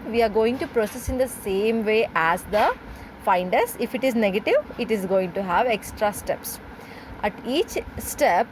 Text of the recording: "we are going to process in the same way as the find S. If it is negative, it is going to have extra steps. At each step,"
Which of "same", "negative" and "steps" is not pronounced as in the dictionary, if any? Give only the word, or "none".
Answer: none